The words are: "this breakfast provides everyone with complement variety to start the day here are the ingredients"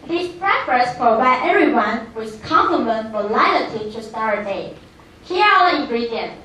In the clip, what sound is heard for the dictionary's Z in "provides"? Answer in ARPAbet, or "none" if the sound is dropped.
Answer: none